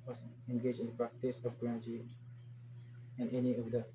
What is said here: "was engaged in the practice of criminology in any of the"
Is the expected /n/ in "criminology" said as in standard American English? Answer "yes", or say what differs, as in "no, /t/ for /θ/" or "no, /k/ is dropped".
no, /n/ is dropped